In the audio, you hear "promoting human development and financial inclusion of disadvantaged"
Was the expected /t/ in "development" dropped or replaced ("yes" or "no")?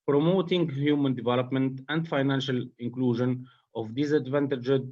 no